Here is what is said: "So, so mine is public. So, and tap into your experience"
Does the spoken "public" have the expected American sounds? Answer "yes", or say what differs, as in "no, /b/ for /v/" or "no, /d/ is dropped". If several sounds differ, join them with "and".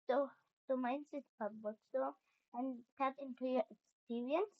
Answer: no, /l/ is dropped